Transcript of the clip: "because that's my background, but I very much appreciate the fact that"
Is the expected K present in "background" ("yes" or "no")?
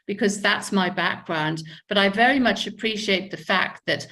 yes